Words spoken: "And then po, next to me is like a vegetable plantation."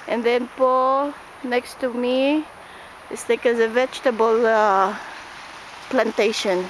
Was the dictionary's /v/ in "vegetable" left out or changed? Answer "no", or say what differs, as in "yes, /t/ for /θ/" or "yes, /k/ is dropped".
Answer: no